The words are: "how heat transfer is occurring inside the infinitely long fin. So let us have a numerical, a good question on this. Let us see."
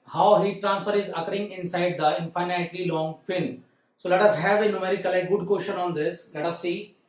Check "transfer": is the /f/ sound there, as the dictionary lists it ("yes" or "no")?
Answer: yes